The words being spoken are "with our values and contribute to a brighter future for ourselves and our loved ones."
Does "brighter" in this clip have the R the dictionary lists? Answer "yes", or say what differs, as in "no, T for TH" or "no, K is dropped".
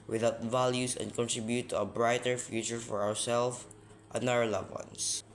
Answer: yes